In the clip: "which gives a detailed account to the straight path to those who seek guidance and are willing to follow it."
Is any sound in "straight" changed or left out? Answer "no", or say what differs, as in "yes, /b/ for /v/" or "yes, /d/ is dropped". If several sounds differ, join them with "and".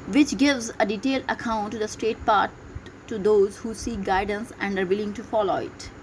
no